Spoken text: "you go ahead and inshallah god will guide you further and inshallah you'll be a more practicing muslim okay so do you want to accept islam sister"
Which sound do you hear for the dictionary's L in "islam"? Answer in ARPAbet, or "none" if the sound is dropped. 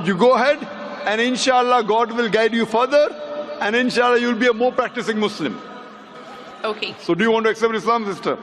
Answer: L